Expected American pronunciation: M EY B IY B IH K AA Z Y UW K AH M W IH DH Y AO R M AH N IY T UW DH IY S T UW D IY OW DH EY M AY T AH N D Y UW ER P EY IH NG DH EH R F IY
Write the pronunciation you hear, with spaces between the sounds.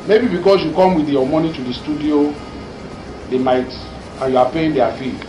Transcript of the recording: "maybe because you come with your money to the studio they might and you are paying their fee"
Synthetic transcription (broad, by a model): M EY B IY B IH K AA S Y UW K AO M W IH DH Y AO M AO N IY T UW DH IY S T UW D IY OW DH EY M AY T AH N Y UW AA P EY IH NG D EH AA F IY